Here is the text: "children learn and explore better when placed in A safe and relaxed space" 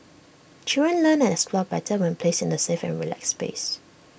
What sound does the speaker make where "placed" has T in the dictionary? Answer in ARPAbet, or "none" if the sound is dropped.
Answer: none